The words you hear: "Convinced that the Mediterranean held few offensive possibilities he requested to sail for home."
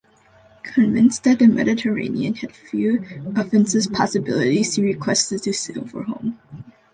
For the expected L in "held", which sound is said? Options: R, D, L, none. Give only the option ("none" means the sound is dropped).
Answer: none